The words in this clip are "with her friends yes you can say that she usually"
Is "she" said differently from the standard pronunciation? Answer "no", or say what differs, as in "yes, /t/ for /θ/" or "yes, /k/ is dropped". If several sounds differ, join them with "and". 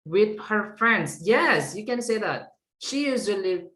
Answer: no